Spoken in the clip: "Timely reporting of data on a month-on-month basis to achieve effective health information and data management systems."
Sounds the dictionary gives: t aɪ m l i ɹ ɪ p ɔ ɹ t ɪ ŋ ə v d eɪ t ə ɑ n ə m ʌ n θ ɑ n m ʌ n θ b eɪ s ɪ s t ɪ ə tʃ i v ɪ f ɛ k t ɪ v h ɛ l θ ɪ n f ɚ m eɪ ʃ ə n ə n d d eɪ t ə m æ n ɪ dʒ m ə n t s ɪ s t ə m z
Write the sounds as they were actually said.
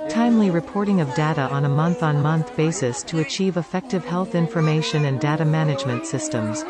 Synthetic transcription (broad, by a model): t aɪ m l i ɹ ɪ p ɔ ɹ t ɪ ŋ ə v d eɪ t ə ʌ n ə m ʌ n θ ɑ n m ʌ n θ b eɪ s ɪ s t ɪ ə tʃ i v ɪ f ɛ k t ɪ v h ɛ l θ ɪ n f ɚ m eɪ ʃ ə n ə n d d eɪ t ə m æ n ɪ dʒ m ə n t s ɪ s t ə m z